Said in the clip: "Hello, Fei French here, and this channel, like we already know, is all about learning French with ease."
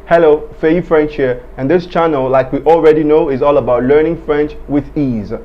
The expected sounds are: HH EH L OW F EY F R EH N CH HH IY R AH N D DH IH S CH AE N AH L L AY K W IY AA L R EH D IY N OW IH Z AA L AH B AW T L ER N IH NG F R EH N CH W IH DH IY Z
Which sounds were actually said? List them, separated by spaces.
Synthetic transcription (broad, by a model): HH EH L OW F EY F R EH N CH HH IY R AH N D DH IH S CH AE N AH L L AY K W IY AA L R EH D IY N OW IH Z AA L AH B AW T L ER N IH NG F R EH N CH W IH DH IY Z